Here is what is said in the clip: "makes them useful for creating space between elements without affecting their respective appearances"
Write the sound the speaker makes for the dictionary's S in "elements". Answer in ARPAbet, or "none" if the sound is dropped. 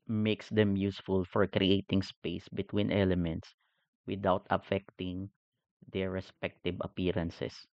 S